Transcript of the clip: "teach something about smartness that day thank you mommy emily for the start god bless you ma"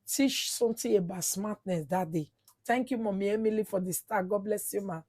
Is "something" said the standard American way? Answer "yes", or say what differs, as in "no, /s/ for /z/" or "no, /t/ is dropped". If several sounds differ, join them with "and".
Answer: no, /t/ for /θ/